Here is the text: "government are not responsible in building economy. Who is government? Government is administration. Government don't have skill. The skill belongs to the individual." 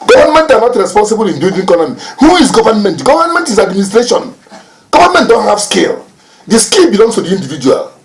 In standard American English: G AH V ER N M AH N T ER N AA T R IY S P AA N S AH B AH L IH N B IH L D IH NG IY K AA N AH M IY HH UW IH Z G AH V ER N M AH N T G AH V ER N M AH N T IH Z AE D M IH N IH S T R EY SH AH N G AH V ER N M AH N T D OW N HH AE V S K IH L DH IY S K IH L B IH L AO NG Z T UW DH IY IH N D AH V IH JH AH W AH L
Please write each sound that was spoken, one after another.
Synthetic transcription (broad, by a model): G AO V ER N M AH N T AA N AA T R IY S P AA N S AH B AH L IH N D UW D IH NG IY K AA N AH M IY HH UW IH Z G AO V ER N M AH N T G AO V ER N M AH N T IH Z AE D M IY N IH S T R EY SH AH N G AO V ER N M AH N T D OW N HH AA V S K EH L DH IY S K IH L B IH L AO NG S T UW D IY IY N D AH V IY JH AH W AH L